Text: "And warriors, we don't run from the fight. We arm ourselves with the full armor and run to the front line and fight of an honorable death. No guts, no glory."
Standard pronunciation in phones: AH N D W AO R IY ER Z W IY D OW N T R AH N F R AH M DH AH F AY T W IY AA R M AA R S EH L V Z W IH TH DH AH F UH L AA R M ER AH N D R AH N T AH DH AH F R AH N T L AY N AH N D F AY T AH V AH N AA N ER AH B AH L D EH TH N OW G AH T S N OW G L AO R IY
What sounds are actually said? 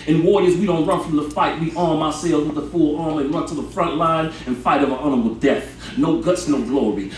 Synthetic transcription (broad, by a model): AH N W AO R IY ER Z W IY D OW N T R AH N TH R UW DH AH F AY T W IY AA R M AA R S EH L Z W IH DH AH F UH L AA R M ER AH N R AH N T AH DH AH F R AH N T L AY N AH N F AY T AH V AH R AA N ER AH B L D EH TH N OW G AH T S N OW G L AO R IY